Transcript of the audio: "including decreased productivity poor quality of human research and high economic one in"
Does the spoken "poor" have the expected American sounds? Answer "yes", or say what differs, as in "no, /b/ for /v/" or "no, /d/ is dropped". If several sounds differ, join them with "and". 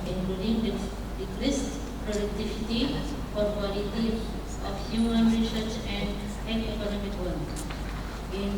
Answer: no, /f/ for /p/